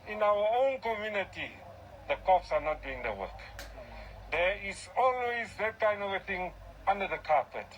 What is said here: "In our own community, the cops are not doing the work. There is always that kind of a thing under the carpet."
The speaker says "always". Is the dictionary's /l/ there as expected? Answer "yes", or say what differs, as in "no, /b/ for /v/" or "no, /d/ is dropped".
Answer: no, /n/ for /l/